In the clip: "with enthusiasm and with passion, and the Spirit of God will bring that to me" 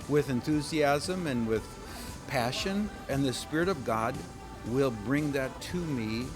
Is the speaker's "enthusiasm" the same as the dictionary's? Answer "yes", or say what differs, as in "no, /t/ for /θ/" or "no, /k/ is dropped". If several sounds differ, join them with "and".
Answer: yes